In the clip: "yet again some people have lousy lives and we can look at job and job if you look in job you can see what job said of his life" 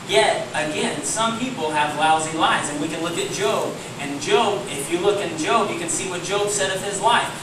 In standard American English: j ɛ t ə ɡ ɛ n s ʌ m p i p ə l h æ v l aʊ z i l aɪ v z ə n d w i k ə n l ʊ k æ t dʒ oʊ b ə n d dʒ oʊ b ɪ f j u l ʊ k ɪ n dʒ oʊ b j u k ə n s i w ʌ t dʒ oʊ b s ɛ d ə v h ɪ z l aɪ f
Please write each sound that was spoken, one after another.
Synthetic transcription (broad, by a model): j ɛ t ə ɡ ɛ n s ʌ m p i p l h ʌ v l aʊ z i l aɪ z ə n w i k ə n l ʊ k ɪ t dʒ oʊ b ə n dʒ oʊ b ɪ f j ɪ l ʊ k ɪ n dʒ oʊ b j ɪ k ə n s i w ʌ t dʒ oʊ b s ɛ d ə v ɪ z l aɪ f